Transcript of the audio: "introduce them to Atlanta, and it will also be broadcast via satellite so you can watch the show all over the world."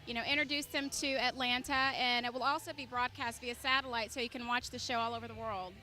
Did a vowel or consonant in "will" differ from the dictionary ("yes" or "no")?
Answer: no